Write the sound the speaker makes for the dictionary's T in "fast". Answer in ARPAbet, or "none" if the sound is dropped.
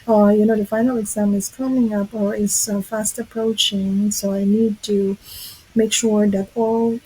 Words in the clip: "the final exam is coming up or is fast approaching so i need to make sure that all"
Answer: T